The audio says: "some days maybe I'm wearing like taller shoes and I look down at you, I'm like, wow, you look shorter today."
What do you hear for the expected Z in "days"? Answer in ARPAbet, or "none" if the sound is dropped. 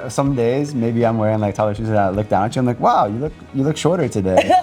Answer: Z